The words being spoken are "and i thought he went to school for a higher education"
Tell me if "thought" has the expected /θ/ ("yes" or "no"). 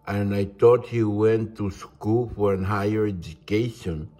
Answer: no